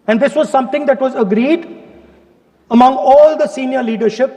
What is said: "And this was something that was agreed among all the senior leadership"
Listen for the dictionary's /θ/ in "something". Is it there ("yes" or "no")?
no